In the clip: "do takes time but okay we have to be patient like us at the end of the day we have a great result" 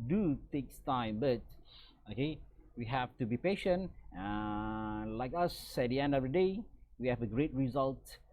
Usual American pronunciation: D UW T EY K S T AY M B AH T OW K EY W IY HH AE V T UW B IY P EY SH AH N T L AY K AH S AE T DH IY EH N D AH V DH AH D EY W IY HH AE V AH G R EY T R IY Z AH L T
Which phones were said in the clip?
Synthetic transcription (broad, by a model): D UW T EY K S T AY M B AH T OW K EY W IY HH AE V T UW B IY P EY SH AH N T L AY K AH S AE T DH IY EH N D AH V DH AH D EY W IY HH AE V AH G R EY T R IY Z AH L T